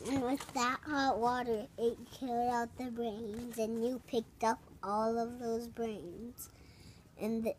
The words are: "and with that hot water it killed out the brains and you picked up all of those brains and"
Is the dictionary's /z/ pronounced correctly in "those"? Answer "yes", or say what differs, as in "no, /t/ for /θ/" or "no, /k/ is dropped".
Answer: yes